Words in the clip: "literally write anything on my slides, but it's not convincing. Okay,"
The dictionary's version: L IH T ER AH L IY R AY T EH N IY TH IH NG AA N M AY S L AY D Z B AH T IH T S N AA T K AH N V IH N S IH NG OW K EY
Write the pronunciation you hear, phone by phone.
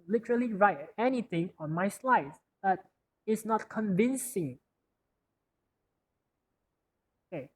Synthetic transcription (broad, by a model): L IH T ER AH L IY R AY T EH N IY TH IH NG AA N M AY S L AY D B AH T IH T S N AA T K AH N V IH N S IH NG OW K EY